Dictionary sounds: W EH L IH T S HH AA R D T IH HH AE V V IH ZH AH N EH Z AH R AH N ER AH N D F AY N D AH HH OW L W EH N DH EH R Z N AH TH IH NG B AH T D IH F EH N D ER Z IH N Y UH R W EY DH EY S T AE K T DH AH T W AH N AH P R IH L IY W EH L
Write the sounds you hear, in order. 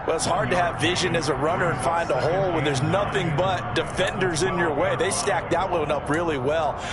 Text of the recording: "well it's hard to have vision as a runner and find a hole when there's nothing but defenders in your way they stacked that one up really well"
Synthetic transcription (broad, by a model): W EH L IH T S HH AA R D T IH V V IH ZH AH N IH Z AH R AH N ER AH N F AY N D AH HH OW L W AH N DH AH R Z N AH TH IH NG B AH T D IH F EH N D ER Z IH N Y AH R W EY DH EY S T AE K DH AH T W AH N AH P R IH L IY W EH L